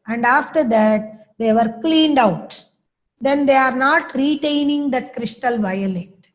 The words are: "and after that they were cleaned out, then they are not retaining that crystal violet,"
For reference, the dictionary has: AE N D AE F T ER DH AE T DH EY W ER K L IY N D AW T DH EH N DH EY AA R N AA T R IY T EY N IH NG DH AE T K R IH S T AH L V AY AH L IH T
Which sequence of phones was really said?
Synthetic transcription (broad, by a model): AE N D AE F T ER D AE T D EY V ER K L IY N D AW T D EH N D EY AA R N AA T R IY T EY N IH NG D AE T K R IH S T AH L V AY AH L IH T